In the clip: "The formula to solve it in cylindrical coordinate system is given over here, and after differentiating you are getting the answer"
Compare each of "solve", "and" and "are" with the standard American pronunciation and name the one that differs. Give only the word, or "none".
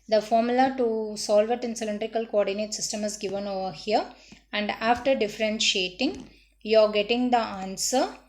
none